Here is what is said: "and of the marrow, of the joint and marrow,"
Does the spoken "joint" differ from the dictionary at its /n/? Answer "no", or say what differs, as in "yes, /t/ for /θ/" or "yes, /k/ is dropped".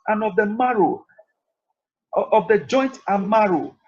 no